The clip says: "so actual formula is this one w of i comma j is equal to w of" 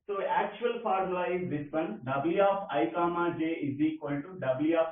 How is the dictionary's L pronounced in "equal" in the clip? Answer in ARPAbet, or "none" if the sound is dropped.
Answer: N